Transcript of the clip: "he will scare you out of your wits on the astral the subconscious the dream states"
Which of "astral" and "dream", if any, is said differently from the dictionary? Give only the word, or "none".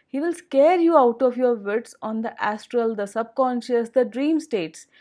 none